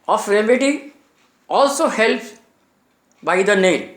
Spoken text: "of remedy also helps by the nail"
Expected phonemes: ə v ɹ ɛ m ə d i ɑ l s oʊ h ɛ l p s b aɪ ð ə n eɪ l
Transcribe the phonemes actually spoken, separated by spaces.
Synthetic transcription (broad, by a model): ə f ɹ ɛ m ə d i ɑ l s oʊ h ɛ l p b aɪ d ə n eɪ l